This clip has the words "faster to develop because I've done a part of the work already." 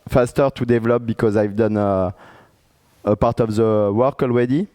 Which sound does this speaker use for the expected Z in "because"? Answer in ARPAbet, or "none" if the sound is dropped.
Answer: Z